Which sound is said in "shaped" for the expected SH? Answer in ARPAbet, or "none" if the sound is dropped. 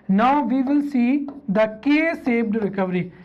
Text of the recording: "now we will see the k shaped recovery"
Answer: S